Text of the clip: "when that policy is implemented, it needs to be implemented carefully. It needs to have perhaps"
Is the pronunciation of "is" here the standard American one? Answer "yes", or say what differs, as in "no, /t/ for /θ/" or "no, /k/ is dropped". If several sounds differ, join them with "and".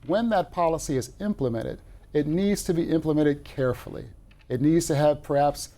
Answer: yes